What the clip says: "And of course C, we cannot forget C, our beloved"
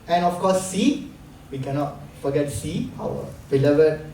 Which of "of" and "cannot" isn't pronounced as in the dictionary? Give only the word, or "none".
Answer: of